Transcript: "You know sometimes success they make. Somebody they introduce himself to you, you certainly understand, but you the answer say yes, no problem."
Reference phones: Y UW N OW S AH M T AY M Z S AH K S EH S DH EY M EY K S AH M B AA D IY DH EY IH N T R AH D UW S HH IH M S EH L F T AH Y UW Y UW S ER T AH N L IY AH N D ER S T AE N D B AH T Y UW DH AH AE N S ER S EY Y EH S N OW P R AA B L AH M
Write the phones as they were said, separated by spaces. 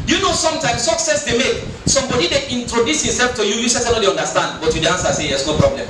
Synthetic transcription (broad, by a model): Y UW N OW S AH M T AY M S AH K S EH S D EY M EY K S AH M B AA D IY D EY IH N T R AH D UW S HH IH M S EH L F T AH Y UW Y UW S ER S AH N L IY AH N D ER S T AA N D B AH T Y UW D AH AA N S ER S EY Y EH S N OW P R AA B L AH M